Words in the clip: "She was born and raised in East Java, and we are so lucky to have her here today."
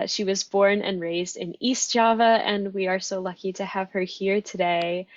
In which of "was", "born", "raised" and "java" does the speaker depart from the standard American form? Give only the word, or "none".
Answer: none